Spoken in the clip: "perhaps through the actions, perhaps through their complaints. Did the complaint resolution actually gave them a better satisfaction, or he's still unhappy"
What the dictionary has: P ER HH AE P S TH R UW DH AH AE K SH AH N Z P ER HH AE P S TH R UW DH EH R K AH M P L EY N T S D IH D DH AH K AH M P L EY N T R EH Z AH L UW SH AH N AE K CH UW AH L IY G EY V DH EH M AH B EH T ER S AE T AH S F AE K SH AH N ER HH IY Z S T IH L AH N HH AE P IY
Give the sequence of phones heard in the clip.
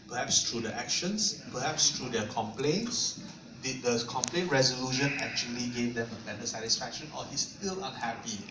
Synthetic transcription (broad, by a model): P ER HH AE P S T R UW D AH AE K SH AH N S P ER HH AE P S T R UW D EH K AH M P L EY N T S D IH D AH K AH M P L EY N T R EH Z AH L UW SH AH N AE K CH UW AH L IY G EY V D EH M AH B EH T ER S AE T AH S F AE K SH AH N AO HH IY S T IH L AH N HH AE P IY